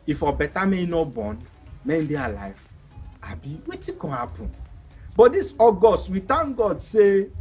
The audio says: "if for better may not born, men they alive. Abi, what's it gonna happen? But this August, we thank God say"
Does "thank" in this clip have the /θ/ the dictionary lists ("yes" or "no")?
no